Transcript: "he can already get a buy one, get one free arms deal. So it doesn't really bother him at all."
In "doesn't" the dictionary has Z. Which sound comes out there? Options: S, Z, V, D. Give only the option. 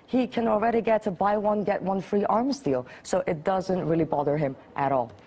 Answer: Z